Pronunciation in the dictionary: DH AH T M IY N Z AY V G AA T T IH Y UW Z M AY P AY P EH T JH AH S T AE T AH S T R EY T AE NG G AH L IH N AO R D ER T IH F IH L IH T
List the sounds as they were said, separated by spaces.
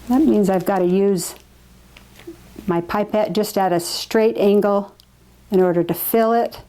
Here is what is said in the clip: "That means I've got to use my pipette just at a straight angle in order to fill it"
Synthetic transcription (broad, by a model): DH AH T M IY N Z AY V G AA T T IH Y UW Z M AY P AY P EH T JH AH S T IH T AH S T R EY T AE NG G L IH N AO R D ER T IH F IH L IH T